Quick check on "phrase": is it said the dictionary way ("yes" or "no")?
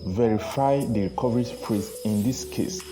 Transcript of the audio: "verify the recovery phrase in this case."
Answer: no